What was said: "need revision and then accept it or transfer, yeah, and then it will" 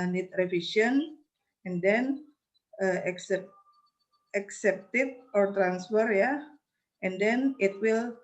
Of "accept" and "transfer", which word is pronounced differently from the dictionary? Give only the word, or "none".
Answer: none